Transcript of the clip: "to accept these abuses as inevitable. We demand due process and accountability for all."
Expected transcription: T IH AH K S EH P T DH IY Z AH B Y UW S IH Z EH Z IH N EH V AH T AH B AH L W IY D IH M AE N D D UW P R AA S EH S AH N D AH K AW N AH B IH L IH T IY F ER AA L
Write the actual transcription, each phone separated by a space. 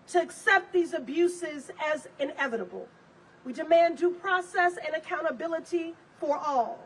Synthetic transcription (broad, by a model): T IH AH K S EH P T DH IY Z AH B Y UW S IH Z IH Z IH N EH V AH T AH B L W IY D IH M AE N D D UW P R AA S EH S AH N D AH K AW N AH B IH L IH T IY F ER AA L